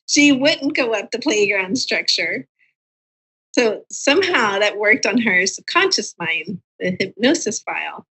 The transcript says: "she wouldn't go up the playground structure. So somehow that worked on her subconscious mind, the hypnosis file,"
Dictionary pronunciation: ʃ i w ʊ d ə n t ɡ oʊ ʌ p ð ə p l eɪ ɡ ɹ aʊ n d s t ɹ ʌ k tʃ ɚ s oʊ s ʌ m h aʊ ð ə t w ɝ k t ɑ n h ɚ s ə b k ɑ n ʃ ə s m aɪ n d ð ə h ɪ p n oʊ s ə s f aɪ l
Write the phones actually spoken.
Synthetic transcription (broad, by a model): ʃ i w ʊ d n ɡ oʊ ʌ p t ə p l eɪ ɡ ɹ aʊ n d s t ɹ ʌ k tʃ ɚ s oʊ s ʌ m h aʊ ð ə t w ɝ k t n ɚ s ə b k ɑ n ʃ ə s m aɪ n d ð ə h ɪ p n oʊ s ə s f aɪ l